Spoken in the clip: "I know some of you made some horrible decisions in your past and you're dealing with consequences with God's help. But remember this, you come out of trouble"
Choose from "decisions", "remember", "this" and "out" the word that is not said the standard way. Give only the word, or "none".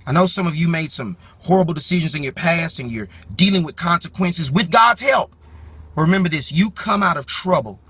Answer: none